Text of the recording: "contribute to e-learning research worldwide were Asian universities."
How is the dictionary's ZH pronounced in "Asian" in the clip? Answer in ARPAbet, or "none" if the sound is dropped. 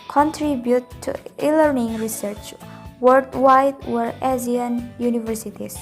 Z